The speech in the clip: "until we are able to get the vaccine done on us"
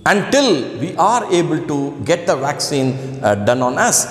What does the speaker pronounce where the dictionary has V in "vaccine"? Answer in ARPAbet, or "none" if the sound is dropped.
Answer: V